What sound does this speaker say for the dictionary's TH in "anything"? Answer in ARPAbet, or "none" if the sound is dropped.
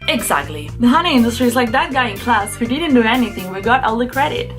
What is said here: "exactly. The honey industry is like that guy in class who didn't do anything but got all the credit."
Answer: TH